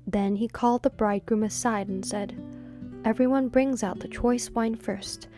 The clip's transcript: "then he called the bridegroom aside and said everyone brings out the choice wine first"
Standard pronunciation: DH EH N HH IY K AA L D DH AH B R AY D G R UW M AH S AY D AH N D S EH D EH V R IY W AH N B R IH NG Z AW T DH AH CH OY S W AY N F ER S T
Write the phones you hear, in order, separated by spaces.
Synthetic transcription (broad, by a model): DH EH N IY K AA L D DH AH B R AY D G R UW M AH S AY D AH N S EH D EH V R IY W AH N B R IH NG Z AW T DH AH CH OY S W AY N F ER S T